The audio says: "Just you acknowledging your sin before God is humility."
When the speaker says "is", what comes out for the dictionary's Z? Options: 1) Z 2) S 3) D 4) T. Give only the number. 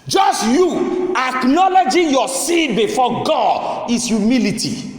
2